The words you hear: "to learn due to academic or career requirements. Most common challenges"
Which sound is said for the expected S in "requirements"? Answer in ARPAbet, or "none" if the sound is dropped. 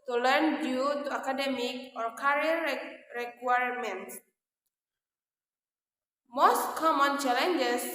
none